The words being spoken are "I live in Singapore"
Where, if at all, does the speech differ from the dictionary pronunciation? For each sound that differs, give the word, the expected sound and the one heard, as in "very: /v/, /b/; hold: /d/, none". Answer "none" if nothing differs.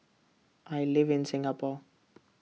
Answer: none